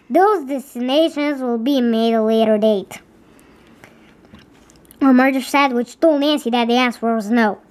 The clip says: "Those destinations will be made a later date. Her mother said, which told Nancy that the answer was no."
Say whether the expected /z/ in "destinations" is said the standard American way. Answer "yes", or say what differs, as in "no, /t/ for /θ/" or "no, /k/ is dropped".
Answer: yes